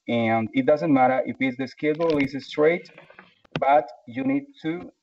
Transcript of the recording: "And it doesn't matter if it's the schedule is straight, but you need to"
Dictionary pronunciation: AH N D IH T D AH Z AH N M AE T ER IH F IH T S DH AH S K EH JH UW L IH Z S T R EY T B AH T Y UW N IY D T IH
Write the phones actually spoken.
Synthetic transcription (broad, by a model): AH N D IH T D AH Z AH N M AE T ER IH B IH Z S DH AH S K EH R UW L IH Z S T R EY T B AH T Y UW N IY D T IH